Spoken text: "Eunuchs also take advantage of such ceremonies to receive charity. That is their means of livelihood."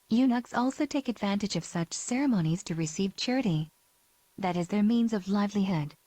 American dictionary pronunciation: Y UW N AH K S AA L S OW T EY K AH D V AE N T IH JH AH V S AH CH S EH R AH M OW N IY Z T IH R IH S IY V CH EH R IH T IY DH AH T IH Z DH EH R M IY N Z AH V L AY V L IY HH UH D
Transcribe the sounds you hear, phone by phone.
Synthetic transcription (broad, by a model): Y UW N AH K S AA L S OW T EY K AH D V AE N T IH JH AH V S AH CH S EH R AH M OW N IY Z T IH R IH S IY V CH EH R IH T IY DH AH T IH Z DH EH R M IY N Z AH V L AY V L IY HH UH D